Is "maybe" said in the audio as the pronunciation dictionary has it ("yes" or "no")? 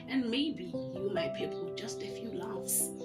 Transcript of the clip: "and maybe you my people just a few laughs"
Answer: yes